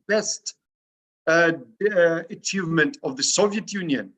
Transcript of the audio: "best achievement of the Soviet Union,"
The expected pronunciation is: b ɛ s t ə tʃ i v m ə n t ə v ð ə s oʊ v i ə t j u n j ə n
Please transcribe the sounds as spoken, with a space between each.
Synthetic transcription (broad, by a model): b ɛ s t ə tʃ i v m ə n t ə v ð ə s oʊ v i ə t j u n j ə n